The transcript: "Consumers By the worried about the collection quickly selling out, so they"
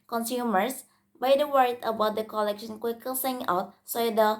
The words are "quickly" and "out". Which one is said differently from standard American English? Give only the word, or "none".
quickly